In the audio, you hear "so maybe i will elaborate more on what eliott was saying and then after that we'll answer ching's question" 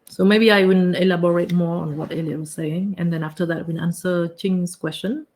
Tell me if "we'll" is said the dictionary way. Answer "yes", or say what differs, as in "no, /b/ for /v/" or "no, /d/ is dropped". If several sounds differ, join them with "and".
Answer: no, /n/ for /l/